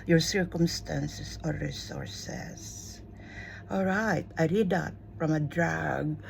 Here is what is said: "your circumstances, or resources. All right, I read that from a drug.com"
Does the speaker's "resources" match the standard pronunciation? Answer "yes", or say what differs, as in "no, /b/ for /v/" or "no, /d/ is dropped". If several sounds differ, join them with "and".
no, /s/ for /z/